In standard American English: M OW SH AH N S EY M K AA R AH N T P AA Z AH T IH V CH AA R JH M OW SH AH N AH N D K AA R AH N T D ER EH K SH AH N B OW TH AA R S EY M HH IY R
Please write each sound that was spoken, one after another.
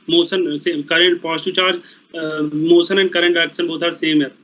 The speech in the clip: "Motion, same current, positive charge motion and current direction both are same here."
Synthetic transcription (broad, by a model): M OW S AH N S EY K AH R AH N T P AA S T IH CH AA R JH M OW S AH N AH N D K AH R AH N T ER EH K S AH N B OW T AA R S EY M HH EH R